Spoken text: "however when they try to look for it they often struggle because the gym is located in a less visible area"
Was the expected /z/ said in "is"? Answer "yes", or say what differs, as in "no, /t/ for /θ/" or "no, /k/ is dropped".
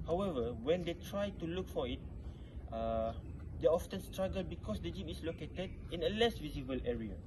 no, /s/ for /z/